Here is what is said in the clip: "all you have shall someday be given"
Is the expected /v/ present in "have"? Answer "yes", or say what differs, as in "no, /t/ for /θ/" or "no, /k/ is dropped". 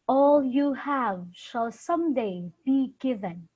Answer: yes